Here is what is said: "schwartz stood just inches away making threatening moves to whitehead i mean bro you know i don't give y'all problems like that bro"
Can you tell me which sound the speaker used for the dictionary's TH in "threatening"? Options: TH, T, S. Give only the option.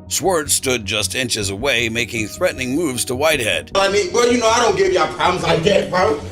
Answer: TH